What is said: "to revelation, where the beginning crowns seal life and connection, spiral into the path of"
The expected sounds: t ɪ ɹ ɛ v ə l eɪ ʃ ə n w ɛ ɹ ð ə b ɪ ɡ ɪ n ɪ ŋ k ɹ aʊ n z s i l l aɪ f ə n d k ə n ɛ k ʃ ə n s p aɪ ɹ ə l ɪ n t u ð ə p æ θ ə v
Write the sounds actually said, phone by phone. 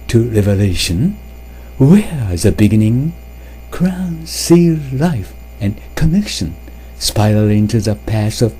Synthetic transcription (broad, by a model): t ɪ ɹ ɛ v ə l eɪ ʃ ə n w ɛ ɹ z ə b ɪ ɡ ɪ n ɪ ŋ k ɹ aʊ n s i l l aɪ f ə n k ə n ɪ k ʃ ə n s p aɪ ə l ɪ n t u ð ə p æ s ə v